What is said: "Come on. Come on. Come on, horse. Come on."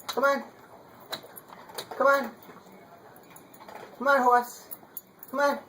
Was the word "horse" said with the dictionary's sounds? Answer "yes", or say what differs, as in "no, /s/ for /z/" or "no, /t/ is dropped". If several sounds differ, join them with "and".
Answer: no, /w/ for /ɹ/